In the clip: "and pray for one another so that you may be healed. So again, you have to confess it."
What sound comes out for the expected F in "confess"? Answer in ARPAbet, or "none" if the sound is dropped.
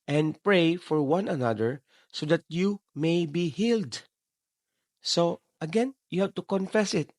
F